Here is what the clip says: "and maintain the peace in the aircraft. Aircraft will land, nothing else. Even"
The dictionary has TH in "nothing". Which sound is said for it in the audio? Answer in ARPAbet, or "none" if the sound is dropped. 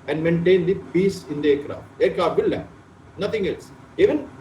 T